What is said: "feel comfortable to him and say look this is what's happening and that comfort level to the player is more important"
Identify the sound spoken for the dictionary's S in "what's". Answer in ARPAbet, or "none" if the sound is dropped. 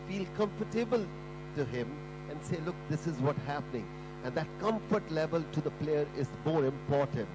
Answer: none